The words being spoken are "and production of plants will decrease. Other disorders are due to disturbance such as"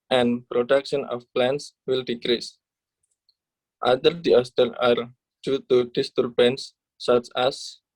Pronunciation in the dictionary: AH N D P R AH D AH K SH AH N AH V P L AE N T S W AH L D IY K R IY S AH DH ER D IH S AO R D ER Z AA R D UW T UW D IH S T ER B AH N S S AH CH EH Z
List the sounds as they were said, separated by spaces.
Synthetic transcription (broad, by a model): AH N P R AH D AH K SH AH N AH F P L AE N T S W AH L D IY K R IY S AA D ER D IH AO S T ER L AA R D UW T UW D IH S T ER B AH N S S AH CH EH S